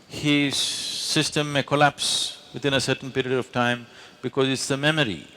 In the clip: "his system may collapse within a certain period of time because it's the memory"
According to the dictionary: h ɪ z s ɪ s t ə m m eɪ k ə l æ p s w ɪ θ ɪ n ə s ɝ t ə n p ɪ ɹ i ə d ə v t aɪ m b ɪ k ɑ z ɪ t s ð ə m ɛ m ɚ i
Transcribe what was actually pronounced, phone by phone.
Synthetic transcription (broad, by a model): h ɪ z s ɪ s t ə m m eɪ k ə l æ p s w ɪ t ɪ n ə s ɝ t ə n p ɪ ɹ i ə d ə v t aɪ m b ɪ k ɑ z ɪ t s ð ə m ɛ m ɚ i